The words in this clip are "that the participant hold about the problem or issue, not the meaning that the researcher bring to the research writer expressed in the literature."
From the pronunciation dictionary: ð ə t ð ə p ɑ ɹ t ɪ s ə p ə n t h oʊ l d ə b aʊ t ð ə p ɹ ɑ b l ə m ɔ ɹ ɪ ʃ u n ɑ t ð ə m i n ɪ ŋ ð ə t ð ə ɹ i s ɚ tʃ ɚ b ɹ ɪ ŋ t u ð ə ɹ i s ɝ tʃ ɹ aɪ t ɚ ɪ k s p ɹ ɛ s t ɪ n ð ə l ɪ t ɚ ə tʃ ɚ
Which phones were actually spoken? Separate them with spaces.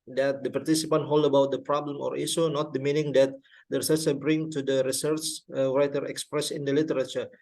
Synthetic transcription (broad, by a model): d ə t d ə p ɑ ɹ t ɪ s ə p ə n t h oʊ l d ə b aʊ t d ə p ɹ ɑ b l ə m ɔ ɹ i s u n ɑ t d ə m i n ɪ ŋ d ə t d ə ɹ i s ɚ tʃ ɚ b ɹ ɪ ŋ t u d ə ɹ i s ɝ tʃ ɹ aɪ t ɚ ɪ k s p ɹ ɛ s ɪ n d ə l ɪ t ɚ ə tʃ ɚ